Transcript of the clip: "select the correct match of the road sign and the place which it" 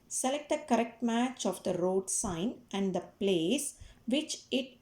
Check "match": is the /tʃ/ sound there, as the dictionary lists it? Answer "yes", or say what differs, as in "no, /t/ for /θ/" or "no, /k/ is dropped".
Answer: yes